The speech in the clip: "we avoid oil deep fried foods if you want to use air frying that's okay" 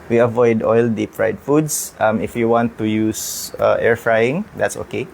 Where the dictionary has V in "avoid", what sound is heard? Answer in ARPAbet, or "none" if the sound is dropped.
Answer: V